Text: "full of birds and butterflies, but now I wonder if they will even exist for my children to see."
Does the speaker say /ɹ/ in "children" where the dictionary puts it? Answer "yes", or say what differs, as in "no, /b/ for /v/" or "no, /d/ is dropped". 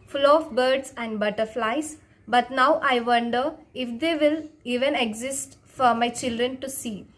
yes